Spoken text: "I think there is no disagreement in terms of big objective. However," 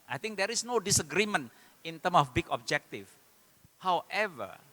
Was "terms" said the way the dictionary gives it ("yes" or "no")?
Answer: no